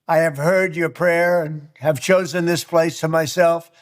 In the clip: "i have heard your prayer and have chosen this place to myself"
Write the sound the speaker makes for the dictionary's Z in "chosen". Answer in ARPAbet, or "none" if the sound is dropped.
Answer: Z